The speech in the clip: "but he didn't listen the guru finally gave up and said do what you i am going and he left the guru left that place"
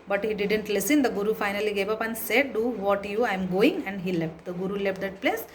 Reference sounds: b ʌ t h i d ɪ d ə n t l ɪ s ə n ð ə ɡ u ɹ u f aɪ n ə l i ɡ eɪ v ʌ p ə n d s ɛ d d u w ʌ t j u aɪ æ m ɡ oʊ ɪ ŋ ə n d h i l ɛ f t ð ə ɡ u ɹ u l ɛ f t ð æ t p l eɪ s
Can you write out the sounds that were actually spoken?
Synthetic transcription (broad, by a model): b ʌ t h i d ɪ d ə n t l ɪ s ə n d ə ɡ u ɹ u f aɪ n ə l i ɡ eɪ v ʌ p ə n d s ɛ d d u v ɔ t j u aɪ m ɡ oʊ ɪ ŋ ə n d h i l ɛ f t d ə ɡ u ɹ u l ɛ f t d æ t p l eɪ s